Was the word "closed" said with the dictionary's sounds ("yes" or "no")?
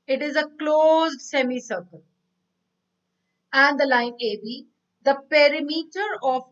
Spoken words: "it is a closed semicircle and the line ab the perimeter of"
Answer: yes